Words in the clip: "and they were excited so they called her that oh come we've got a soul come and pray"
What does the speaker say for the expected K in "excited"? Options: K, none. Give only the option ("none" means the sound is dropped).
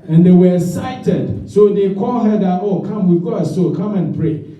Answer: none